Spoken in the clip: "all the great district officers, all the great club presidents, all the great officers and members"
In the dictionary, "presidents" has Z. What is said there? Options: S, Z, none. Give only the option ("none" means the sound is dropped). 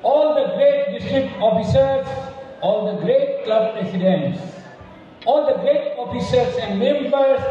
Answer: S